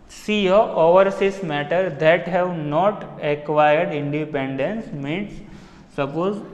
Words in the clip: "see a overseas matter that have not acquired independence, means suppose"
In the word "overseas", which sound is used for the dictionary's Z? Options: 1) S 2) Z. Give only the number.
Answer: 1